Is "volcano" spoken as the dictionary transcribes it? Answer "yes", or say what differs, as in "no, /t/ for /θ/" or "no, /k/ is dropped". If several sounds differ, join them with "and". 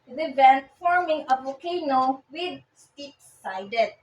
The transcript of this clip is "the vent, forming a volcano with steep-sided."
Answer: no, /l/ is dropped